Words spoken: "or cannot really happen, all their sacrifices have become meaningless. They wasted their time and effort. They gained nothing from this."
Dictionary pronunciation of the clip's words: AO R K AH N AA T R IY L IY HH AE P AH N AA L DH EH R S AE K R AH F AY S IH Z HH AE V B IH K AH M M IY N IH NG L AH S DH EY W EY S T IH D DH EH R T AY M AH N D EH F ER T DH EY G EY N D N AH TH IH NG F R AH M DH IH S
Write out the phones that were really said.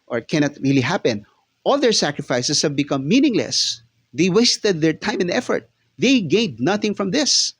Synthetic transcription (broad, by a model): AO R K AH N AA T R IY L IY HH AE P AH N AA L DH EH R S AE K R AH F AY S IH S HH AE V B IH K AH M M IY N IH NG L AH S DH EY W EY S T IH D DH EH R T AY M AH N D EH F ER T DH EY G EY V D N AH TH IH NG F R AH M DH IH S